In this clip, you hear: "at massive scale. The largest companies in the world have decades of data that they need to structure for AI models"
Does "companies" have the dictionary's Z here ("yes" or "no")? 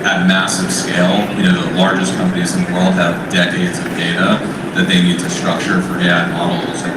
yes